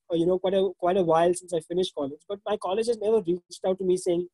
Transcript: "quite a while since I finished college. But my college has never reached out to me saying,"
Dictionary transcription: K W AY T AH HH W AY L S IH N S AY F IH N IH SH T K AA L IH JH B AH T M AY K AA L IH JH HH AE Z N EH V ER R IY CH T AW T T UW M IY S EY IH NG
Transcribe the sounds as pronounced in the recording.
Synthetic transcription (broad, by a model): K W AY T AH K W AY L S IH N S AY F IH N IH SH T K AA L IH JH B AH T M AY K AA L IH JH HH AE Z N EH V ER R IY CH T AW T T UW M IY S EY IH NG